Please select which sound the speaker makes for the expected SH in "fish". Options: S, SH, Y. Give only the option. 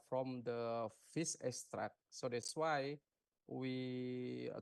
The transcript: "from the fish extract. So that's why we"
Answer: S